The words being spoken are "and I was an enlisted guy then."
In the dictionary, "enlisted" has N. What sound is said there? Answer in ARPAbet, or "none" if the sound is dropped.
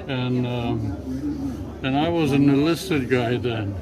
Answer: none